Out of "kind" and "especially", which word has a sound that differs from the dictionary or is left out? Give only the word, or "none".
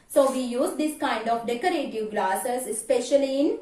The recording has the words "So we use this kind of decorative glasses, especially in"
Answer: none